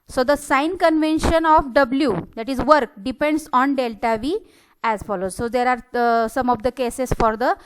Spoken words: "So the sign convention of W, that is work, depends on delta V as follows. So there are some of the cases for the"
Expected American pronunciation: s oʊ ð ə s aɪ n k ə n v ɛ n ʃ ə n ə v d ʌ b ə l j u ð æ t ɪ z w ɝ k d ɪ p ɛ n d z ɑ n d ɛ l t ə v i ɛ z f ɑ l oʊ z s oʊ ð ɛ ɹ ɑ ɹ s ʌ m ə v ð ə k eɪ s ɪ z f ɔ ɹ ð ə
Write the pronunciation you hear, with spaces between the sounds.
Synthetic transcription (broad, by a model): s oʊ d ə s aɪ n k ə n v ɛ n ʃ ə n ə f d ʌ b l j u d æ t ɪ z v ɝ k d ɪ p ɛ n d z ɑ n d ɛ l t ə v i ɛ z f ɑ l oʊ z s oʊ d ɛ ɹ ɑ ɹ s ʌ m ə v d ə k eɪ s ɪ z f ɔ ɹ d ə